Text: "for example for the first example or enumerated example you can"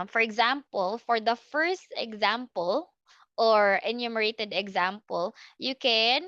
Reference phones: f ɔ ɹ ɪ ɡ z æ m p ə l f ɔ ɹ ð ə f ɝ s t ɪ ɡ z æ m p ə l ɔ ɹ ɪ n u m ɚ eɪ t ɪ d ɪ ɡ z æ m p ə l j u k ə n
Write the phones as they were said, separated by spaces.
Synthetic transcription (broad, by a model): f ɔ ɹ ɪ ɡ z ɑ m p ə l f ɔ ɹ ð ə f ɝ s t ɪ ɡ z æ m p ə l ɔ ɹ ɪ n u m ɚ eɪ t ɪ d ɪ ɡ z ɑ m p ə l j u k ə n